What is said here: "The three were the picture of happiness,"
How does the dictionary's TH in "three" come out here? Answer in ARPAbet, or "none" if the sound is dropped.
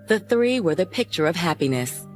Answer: TH